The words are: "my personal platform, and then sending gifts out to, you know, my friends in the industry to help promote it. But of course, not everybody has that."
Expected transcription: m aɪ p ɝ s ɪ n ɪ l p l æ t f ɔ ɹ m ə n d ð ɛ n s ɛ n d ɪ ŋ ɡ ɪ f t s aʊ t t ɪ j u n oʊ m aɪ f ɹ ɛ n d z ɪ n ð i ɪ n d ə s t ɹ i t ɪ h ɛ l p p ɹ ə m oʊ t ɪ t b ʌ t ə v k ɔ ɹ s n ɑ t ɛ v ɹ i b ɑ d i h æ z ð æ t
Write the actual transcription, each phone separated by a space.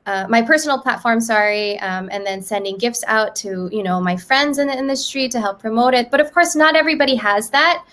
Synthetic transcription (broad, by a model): m aɪ p ɝ s n l p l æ t f ɔ ɹ m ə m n ð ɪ n s ɛ n d ɪ ŋ ɡ ɪ f t s aʊ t t ɪ j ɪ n oʊ m aɪ f ɹ ɛ n d z ɪ n ð i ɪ n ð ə s t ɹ i t ɪ h ɛ l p p ɹ ə m oʊ t ɪ t b ʌ t ə v k ɔ ɹ s n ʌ t ɛ v ɹ i b ɑ d i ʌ z ð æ t